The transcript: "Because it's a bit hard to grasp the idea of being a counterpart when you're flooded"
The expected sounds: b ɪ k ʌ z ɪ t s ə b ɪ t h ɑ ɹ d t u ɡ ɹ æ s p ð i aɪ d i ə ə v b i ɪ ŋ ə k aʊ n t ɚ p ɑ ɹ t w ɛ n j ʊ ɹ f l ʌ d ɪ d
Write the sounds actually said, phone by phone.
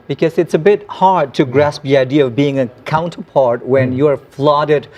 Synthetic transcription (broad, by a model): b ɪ k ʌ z ɪ t s ə b ɪ t h ɑ ɹ d t u ɡ ɹ æ s p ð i aɪ d i ə ə v b i ɪ ŋ ə k aʊ n t ɚ p ɑ ɹ t w ɛ n j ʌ ɹ f l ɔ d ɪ d